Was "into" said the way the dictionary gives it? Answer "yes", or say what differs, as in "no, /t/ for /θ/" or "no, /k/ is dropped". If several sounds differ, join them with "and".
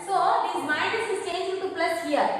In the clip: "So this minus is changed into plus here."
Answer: no, /n/ is dropped